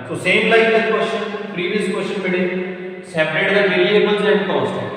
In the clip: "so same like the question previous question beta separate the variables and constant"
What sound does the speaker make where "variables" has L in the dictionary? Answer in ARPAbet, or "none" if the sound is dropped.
N